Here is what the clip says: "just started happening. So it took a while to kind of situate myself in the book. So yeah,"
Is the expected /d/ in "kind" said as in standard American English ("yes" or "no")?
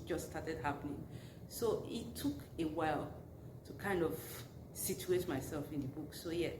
yes